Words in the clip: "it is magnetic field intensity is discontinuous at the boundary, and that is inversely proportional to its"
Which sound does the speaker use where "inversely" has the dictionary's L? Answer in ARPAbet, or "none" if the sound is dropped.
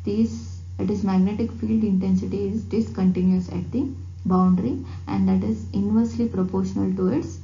L